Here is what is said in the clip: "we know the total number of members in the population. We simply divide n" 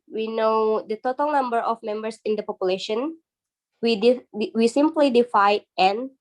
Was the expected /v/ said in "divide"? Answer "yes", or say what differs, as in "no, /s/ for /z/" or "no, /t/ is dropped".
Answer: no, /f/ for /v/